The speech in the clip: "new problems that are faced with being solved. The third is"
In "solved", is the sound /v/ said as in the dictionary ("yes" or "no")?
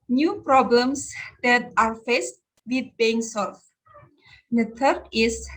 no